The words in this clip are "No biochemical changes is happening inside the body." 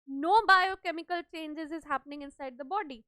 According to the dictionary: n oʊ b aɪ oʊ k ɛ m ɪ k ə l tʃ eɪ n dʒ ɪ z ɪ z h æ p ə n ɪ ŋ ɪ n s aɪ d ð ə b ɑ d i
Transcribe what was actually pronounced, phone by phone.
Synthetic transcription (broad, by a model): n oʊ b aɪ oʊ k ɛ m ɪ k ə l tʃ eɪ n dʒ ɪ z ɪ z h æ p ə n ɪ ŋ ɪ n s aɪ d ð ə b ɑ d i